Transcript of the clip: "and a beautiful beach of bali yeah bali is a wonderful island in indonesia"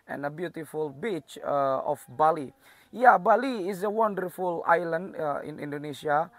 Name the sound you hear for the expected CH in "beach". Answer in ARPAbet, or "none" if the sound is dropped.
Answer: CH